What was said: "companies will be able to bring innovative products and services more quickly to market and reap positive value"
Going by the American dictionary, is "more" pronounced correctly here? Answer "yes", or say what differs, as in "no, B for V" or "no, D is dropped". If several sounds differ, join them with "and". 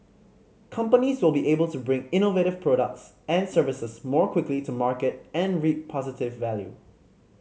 yes